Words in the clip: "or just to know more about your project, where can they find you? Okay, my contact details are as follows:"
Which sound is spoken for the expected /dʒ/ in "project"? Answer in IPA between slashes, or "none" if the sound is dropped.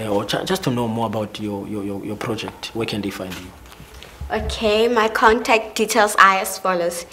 /dʒ/